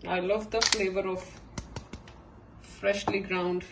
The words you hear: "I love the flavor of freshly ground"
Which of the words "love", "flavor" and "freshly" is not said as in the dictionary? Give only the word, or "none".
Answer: none